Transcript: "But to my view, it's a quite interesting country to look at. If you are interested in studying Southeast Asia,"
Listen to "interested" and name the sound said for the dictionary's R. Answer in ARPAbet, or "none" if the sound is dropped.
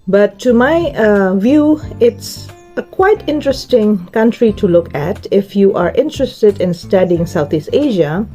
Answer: R